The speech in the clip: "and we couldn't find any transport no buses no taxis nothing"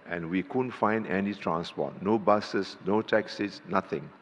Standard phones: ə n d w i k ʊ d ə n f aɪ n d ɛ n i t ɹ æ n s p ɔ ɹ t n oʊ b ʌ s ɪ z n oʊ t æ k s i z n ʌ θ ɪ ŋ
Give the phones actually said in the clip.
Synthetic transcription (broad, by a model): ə n w i k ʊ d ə n f aɪ n d ɛ n i t ɹ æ n s p ɔ t n oʊ b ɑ s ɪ s n oʊ t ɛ k s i s n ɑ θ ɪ ŋ